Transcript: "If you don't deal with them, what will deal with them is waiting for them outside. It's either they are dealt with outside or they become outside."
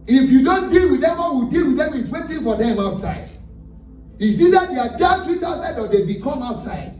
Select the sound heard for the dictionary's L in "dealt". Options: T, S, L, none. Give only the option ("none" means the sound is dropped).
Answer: none